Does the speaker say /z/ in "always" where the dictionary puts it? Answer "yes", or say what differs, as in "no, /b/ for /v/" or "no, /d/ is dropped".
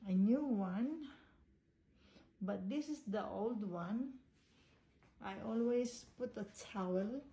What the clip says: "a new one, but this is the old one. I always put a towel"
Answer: no, /s/ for /z/